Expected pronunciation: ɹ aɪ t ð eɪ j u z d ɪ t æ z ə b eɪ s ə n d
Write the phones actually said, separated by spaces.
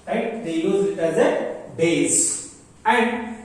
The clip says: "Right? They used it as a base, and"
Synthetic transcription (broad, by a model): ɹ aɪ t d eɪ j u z ɪ t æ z ə b eɪ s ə n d